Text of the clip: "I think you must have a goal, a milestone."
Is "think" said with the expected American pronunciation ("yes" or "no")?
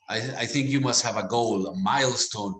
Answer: yes